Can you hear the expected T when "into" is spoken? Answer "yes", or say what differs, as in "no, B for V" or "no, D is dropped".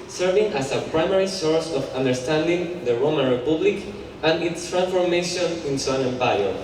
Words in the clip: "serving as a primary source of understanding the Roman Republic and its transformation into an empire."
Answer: no, S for T